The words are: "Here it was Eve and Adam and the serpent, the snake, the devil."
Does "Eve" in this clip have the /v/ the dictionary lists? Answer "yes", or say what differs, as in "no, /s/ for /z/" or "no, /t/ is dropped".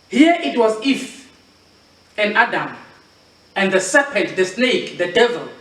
no, /f/ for /v/